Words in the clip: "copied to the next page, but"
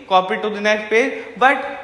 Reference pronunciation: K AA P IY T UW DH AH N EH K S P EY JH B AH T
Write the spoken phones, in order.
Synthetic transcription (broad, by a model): K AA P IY T UW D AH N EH S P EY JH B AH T